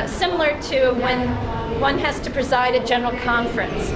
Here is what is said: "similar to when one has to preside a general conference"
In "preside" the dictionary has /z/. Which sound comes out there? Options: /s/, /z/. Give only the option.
/z/